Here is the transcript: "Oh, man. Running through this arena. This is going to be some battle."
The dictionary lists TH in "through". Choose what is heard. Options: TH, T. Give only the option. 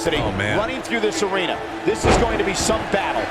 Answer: TH